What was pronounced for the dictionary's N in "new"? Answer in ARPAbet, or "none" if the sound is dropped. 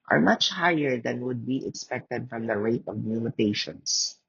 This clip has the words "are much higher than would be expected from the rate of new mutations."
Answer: L